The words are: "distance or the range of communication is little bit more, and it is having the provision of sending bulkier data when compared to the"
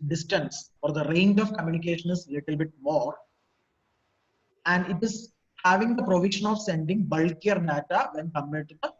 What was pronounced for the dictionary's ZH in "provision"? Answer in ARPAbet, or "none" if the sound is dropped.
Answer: SH